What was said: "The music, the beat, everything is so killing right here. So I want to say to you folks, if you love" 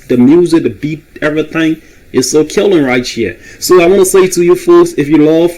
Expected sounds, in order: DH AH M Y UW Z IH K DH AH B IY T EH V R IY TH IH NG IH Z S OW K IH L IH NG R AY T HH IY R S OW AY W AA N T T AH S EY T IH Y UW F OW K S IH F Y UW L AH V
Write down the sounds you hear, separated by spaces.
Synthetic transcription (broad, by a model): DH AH M Y UW Z IH K DH AH B IY T EH V R IY TH IH NG IH Z S OW K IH L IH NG R AY T HH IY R S OW AY W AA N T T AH S EY T IH Y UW F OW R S IH F Y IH L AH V